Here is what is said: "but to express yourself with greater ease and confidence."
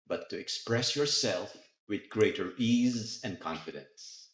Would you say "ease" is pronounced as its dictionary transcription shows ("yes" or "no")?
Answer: yes